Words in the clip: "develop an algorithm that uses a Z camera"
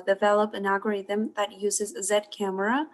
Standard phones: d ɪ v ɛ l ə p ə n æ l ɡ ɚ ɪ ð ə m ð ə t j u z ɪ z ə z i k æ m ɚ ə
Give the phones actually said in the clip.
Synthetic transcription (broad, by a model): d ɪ v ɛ l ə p ə n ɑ ɡ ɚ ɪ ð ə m ð ə t j u z ɪ z ə z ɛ k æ m ɚ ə